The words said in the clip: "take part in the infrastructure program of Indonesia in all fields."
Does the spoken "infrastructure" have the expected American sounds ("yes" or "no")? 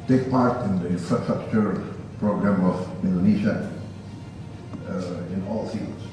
no